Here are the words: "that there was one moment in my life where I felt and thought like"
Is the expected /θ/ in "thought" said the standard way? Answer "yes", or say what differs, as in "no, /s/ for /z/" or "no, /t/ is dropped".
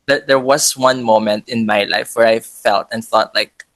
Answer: yes